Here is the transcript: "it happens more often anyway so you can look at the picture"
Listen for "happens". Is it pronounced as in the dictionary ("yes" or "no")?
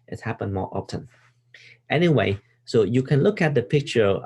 no